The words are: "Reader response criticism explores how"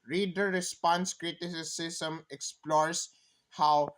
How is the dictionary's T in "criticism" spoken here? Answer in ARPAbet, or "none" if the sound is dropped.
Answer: S